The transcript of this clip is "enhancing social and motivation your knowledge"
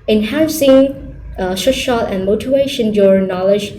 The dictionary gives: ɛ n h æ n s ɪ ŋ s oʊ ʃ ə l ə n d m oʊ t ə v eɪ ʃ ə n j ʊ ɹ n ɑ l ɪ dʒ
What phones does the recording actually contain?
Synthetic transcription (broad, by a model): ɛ n h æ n s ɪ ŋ ʃ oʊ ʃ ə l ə n m oʊ t ə v eɪ ʃ ə n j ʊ ɹ n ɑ l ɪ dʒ